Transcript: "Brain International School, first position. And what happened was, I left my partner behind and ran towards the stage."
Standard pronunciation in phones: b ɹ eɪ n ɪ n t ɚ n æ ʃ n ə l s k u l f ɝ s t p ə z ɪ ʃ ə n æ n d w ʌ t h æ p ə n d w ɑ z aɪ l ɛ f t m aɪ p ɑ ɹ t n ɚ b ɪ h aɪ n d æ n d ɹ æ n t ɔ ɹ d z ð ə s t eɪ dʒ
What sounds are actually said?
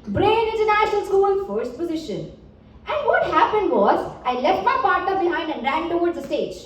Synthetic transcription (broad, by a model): b ɹ eɪ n ɪ n t ɚ n æ ʃ n ə l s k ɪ n f ɝ s t p ə z ɪ ʃ ə n æ n d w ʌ t h æ p ə n d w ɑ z aɪ l ɛ f t m aɪ p ɑ ɹ t n ɚ b ɪ h aɪ n d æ n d ɹ æ n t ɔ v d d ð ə s t eɪ dʒ